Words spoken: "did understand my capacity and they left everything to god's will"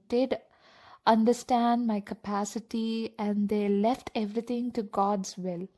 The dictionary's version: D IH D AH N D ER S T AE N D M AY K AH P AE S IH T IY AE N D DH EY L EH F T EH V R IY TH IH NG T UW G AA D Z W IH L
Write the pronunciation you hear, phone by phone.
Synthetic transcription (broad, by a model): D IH D AH N D ER S T AE N D M AY K AH P AE S IH T IY AE N D EY L EH F T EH V R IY T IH NG T UW G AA D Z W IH L